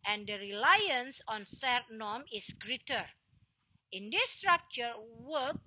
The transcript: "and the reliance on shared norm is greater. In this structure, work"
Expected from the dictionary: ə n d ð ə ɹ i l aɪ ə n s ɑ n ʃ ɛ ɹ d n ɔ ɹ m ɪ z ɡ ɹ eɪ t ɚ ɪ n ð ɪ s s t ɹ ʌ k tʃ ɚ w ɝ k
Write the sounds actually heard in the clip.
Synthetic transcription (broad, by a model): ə n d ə ɹ i l aɪ ə n s ɑ n s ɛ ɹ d n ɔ m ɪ s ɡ ɹ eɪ t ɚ ɪ n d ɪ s s t ɹ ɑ k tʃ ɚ w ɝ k